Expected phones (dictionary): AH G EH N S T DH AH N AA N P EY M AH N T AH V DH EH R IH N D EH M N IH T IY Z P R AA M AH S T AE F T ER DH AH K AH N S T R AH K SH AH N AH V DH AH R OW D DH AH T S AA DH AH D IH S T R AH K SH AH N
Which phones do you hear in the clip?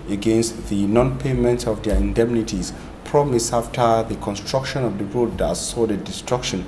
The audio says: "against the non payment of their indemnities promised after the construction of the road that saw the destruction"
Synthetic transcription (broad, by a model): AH G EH N S T DH AH N AA N P EY M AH N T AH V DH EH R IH N D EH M N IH T IY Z P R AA M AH S AA F T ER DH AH K AH N S T R AH K SH AH N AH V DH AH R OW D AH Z S AA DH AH D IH S T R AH K SH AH N